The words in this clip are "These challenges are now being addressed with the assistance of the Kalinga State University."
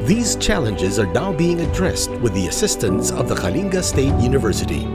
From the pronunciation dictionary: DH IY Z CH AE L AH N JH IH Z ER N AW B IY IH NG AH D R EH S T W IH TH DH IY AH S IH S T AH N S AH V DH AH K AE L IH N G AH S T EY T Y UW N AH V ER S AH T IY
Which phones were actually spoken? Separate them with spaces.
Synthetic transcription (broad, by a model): DH IY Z CH AE L AH N JH IH Z ER N AW B IY IH NG AH D R EH S T W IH DH IY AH S IH S T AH N S AH V DH AH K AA L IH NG G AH S T EY T Y UW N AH V ER S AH T IY